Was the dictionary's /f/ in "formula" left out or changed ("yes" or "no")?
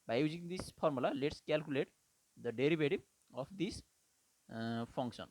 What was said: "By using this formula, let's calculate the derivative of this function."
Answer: yes